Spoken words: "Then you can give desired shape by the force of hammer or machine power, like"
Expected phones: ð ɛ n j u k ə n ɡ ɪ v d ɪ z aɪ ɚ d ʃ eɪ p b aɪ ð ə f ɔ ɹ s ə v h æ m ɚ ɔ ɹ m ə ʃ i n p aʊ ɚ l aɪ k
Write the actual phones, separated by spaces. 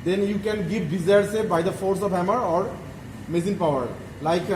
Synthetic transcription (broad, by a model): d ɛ n j u k ə n ɡ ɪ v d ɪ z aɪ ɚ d s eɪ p b aɪ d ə f ɔ ɹ s ə v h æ m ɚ ɔ ɹ m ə s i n p aʊ ɚ l aɪ k